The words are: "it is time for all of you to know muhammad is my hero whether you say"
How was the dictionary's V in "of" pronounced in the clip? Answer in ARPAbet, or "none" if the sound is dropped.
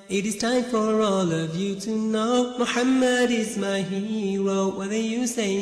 V